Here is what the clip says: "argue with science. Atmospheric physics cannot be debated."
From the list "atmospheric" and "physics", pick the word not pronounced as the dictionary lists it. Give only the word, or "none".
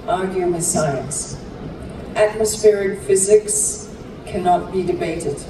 none